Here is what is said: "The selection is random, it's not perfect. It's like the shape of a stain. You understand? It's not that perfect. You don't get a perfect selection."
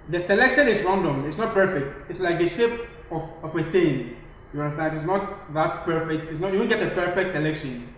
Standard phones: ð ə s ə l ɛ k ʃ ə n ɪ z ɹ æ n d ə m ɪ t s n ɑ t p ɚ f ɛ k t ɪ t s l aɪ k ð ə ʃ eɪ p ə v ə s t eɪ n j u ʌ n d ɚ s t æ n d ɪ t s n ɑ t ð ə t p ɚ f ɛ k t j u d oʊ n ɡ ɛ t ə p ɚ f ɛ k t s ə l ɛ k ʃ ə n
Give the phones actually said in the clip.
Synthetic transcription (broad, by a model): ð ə s ə l ɛ k ʃ ə n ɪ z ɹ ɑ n d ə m ɪ t s n ɑ t p ɚ f ɛ k t ɪ t s l aɪ k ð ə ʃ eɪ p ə w ə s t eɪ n j u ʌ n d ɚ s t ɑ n ɪ t s n ɑ t ð ə t p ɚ f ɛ k t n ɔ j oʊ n ɡ ɛ t ə p ɚ f ɛ k t s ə l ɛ k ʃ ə n